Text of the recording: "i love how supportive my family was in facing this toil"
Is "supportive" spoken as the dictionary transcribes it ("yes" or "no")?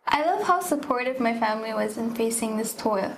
yes